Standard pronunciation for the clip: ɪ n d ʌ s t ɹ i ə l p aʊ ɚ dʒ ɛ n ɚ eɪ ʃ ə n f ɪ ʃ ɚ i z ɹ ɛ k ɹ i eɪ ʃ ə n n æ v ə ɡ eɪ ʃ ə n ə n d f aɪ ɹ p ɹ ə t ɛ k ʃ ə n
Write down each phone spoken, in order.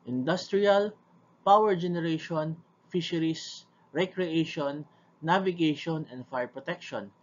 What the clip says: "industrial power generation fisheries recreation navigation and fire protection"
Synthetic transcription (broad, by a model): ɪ n d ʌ s t ɹ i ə l p aʊ ɚ dʒ ɛ n ɚ eɪ ʃ ə n f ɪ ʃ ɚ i s ɹ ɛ k ɹ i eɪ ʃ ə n n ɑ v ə ɡ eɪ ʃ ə n ə n d f aɪ ɹ p ɹ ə t ɛ k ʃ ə n